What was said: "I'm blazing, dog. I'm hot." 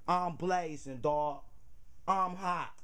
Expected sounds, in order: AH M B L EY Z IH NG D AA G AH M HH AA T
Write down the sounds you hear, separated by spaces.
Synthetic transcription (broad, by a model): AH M B L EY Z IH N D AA AH M HH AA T